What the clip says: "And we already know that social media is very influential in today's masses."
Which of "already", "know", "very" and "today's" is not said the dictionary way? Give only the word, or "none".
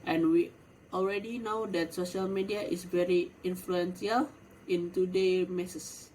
today's